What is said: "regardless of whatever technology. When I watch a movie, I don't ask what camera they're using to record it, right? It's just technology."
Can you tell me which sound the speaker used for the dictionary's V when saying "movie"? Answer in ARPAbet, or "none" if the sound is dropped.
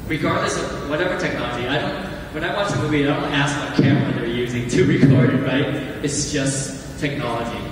B